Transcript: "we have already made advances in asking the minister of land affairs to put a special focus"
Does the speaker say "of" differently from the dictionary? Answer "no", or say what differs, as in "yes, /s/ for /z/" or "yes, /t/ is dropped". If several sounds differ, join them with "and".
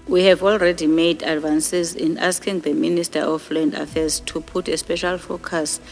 yes, /f/ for /v/